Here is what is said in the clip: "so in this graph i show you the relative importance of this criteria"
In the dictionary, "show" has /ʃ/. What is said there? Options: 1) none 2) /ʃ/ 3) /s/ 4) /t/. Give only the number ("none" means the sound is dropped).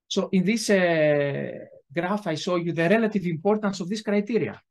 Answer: 3